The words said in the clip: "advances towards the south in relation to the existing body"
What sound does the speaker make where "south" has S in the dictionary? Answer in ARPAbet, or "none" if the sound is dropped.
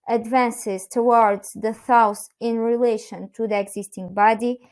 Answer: TH